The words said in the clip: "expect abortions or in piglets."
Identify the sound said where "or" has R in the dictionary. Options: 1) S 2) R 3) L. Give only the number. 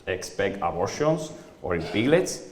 2